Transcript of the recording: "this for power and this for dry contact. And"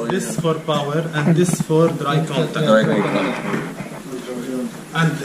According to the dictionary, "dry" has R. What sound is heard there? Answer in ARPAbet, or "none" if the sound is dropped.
R